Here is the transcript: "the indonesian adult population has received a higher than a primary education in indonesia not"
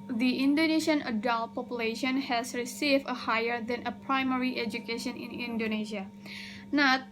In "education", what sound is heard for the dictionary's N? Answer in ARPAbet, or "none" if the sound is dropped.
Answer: N